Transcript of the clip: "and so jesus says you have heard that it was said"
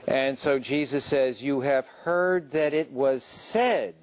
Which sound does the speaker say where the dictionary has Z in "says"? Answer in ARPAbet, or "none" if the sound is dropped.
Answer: Z